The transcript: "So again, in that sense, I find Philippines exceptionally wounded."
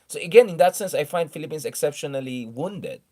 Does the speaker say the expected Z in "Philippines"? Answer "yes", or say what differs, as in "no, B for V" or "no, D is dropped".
no, S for Z